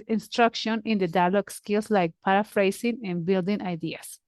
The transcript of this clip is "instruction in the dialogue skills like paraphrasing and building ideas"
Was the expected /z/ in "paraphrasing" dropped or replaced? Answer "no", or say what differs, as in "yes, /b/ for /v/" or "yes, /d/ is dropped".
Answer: yes, /s/ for /z/